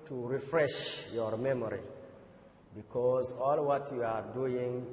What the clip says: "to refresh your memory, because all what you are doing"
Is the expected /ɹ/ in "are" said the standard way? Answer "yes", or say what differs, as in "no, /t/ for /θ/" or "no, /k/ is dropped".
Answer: yes